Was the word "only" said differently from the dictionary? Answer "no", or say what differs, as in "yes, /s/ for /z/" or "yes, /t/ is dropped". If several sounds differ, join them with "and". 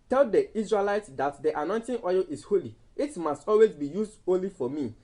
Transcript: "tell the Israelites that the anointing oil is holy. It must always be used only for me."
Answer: yes, /n/ is dropped